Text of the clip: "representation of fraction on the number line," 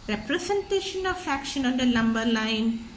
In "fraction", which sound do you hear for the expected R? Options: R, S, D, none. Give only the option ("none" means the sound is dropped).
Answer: none